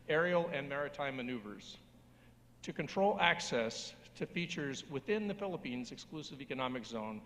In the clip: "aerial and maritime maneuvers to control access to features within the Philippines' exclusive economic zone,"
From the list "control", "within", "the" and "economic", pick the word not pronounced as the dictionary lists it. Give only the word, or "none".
none